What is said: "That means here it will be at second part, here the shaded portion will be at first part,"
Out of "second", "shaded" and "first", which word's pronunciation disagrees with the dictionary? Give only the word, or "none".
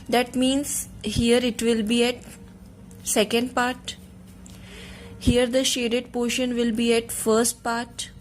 none